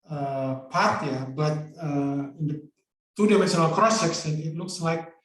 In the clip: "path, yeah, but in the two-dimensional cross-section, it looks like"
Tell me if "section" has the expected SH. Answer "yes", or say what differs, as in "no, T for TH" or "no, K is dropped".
no, S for SH